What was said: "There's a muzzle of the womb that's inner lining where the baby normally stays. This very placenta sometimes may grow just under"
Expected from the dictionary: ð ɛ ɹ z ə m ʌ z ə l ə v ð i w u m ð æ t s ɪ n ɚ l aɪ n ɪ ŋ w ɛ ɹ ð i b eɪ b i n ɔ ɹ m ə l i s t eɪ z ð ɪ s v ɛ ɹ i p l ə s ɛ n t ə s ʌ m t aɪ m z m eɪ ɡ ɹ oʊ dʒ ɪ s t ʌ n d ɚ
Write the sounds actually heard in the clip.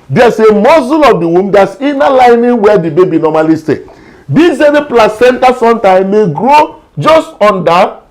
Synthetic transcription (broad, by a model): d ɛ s ə m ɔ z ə l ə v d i w u m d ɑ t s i n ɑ l aɪ n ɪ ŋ w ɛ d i b eɪ b i n ɔ m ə l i s t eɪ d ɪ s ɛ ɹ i p l ə s ɛ n t ə s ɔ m t aɪ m m eɪ ɡ ɹ oʊ dʒ ɪ s t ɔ n d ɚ